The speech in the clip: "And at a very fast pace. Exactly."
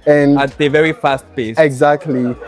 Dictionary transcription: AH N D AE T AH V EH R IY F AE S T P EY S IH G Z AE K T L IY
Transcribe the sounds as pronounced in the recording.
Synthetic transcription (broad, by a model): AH N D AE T AH V EH R IY F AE S T B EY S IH G Z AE K T L IY